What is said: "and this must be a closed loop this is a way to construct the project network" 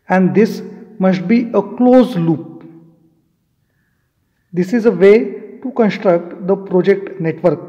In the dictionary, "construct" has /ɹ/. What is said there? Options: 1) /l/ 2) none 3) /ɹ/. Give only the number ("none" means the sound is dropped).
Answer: 3